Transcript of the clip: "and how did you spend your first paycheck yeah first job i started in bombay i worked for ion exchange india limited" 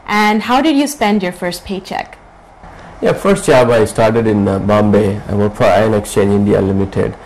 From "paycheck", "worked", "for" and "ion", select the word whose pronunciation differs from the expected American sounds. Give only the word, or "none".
worked